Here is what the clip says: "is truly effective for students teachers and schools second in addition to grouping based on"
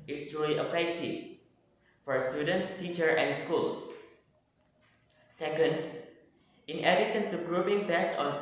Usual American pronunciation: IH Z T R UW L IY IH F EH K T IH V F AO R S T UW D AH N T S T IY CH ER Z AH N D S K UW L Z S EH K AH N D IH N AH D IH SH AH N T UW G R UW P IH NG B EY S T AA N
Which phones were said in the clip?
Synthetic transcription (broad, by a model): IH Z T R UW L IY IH F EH K T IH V F AO R S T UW D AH N T S T IY CH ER AH N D S K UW L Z S EH K AH N D IH N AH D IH S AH N T UW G R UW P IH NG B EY S T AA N